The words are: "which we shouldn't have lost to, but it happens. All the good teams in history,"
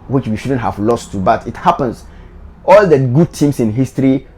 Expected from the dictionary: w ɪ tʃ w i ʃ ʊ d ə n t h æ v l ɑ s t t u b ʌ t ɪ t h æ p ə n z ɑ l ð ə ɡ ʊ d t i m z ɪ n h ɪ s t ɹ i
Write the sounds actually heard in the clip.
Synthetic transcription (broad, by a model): w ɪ tʃ w i ʃ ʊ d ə n t h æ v l ɑ s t t u b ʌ t ɪ t h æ p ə n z ɑ l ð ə ɡ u d t i m s ɪ n h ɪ s t ɹ i